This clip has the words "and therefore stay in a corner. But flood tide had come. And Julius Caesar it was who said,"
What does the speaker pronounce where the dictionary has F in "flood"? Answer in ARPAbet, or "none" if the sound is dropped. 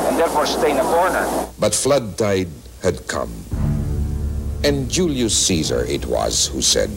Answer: F